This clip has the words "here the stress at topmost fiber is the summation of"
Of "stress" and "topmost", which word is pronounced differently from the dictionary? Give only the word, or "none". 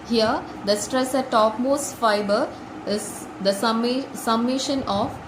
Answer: none